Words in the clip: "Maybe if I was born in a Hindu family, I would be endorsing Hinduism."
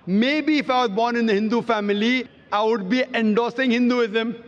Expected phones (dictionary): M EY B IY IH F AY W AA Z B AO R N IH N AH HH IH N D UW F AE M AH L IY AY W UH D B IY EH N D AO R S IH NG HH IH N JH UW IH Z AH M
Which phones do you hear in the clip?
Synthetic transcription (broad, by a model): M EY B IY IH F AY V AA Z B AO R N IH N AH HH IH N D UW F AE M AH L IY AY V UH D B IY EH N D AO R S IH NG HH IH N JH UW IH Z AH M